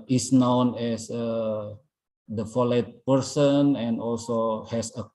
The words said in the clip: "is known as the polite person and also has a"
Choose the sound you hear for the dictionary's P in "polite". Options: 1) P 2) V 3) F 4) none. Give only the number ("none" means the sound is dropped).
3